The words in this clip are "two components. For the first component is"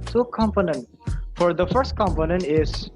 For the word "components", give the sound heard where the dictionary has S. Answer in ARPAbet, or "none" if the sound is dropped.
none